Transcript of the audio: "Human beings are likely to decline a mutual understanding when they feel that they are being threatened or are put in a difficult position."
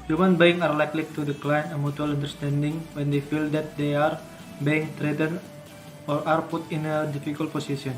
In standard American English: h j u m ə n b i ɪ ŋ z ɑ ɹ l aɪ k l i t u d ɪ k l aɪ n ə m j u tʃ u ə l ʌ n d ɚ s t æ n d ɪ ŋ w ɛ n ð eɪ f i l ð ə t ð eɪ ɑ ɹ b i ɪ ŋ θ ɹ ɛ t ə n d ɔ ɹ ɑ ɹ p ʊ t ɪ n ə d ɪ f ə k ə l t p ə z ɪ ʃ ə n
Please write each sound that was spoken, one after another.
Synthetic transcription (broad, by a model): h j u m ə n b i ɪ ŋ ɑ ɹ l aɪ k l i t u d ɪ k l aɪ n ə m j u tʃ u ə l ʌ n d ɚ s t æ n d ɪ ŋ w ɛ n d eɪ f i l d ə t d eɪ ɑ ɹ b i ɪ ŋ t ɹ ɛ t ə n ɔ ɹ ɑ ɹ p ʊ t ɪ n ə d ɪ f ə k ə l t p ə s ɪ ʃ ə n